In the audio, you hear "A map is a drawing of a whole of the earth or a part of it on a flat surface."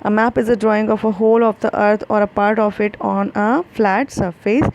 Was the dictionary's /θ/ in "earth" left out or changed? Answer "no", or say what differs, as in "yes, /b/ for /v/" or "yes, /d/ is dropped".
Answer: yes, /t/ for /θ/